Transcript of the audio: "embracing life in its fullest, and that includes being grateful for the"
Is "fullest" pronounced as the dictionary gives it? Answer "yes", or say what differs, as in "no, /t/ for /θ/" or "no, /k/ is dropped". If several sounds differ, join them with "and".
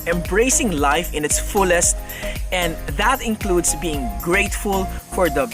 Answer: yes